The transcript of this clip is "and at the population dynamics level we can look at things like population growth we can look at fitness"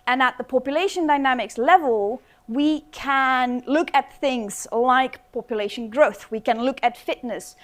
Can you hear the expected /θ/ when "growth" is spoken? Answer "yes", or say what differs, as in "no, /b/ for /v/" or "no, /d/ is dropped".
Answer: yes